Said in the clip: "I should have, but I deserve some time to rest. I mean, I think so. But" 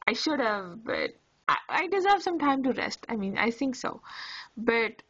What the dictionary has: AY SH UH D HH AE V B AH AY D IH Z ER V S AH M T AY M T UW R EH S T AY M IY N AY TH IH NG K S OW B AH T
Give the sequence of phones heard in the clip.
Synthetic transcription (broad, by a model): AY SH UH D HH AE V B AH AY D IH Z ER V S AH M T AY M T UW R EH S T AY M IY N AY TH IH NG K S OW B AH T